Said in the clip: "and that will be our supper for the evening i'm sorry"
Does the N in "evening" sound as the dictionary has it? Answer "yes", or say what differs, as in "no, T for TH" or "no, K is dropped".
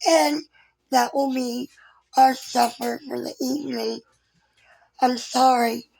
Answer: yes